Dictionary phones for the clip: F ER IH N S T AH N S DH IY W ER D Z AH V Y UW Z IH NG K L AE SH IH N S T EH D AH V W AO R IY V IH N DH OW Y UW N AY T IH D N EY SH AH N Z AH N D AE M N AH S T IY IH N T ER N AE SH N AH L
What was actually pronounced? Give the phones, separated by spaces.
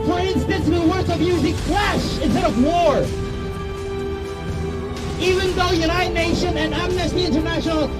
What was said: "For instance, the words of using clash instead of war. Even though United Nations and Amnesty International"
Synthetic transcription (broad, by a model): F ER IH N S T AH N S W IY W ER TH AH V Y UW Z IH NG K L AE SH IH N S T EH D AH V W AO R IY V IH N DH OW Y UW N AY T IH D N EY SH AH N AH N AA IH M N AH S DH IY IH N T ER N AE SH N L